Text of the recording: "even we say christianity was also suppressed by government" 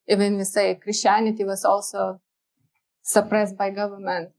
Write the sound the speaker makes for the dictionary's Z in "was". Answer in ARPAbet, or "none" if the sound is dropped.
S